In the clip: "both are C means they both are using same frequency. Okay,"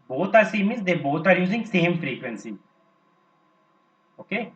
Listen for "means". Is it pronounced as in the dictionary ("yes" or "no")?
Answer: no